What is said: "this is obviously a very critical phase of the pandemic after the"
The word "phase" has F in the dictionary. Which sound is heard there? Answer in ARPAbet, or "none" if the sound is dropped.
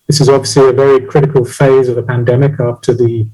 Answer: F